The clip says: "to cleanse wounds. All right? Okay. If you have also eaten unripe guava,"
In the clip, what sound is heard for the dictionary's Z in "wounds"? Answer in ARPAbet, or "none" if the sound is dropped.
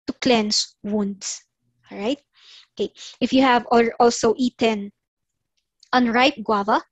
S